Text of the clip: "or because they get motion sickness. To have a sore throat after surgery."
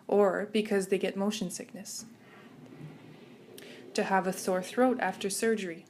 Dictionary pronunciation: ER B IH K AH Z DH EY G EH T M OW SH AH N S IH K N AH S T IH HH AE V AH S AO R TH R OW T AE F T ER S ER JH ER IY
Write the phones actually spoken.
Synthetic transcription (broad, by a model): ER B IH K AH Z DH EY G EH T M OW SH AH N S IH K N AH S T IH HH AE V AH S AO R TH R OW T AE F T ER S ER JH ER IY